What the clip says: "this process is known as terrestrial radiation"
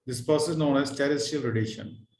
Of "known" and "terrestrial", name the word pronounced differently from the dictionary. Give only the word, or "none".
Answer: terrestrial